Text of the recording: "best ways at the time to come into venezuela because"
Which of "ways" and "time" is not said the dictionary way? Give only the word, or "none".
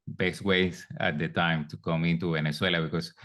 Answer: ways